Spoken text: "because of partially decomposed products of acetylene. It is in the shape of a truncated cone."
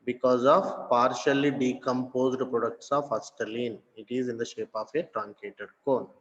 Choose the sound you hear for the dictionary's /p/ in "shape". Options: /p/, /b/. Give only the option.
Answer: /p/